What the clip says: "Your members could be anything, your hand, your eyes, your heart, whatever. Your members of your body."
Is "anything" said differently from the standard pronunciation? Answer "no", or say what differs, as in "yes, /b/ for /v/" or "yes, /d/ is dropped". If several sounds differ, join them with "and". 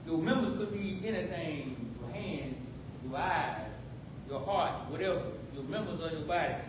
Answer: yes, /t/ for /θ/